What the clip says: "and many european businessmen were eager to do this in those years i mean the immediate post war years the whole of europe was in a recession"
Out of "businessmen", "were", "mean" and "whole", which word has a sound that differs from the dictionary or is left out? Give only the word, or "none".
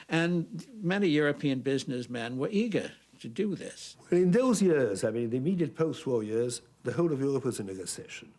none